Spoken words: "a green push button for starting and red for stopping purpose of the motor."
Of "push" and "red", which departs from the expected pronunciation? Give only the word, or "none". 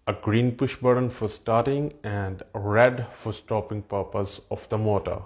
none